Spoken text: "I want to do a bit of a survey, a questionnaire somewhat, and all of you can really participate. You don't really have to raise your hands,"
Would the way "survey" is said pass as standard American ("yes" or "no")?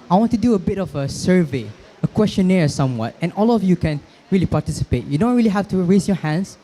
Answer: yes